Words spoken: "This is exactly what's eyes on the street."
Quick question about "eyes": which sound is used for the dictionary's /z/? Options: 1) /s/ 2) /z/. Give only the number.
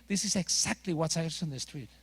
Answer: 1